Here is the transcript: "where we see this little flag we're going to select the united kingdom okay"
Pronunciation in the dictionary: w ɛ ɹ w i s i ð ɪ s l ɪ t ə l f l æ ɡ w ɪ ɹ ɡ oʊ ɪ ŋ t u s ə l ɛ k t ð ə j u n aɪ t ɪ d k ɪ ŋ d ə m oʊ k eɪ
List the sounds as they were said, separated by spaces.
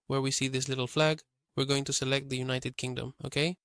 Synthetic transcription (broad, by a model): w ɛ ɹ w i s i ð ɪ s l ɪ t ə l f l æ ɡ w ɪ ɹ ɡ oʊ ɪ ŋ t u s ə l ɛ k t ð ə j u n aɪ t ɪ d k ɪ ŋ d ə m oʊ k eɪ